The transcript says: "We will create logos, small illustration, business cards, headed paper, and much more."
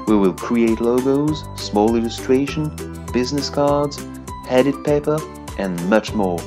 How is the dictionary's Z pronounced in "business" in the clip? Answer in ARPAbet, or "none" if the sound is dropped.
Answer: Z